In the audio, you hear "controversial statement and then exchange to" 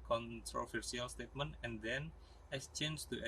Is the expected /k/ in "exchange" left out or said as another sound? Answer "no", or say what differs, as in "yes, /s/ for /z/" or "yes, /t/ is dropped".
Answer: yes, /k/ is dropped